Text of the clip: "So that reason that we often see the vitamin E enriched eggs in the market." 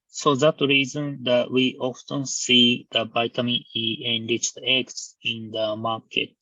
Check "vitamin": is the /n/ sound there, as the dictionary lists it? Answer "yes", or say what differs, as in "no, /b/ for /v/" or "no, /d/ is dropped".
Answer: no, /n/ is dropped